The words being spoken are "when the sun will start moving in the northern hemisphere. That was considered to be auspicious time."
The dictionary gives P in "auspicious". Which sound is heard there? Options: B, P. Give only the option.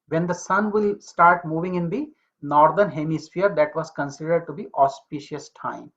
P